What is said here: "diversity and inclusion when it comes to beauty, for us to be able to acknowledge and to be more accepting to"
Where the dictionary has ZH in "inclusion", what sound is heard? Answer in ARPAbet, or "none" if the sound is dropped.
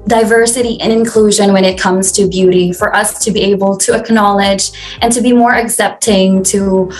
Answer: ZH